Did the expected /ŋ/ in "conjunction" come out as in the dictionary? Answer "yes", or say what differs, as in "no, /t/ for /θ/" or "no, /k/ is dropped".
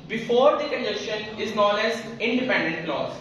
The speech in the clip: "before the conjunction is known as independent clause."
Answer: no, /ŋ/ is dropped